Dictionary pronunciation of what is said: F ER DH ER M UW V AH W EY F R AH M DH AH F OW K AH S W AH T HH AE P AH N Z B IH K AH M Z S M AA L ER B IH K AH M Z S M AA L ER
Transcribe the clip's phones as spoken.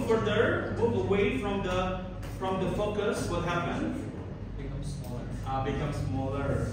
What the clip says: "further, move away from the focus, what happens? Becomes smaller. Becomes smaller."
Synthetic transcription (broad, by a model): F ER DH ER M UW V AH W EY F R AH M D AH F OW K AH S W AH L HH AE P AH N B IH K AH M S M AA L ER B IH K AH M S M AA L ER